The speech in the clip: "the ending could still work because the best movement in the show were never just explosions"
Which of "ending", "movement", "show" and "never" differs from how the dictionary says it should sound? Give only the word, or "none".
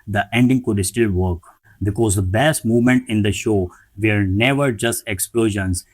none